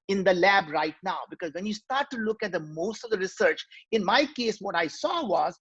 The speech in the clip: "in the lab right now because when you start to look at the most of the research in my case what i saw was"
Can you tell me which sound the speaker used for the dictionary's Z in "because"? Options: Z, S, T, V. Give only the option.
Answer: Z